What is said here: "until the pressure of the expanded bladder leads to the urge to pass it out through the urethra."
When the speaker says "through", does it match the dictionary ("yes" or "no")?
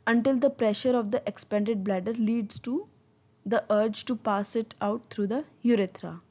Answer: no